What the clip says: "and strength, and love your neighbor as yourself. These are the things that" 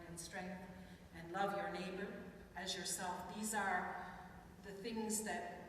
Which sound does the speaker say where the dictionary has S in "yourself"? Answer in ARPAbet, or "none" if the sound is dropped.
S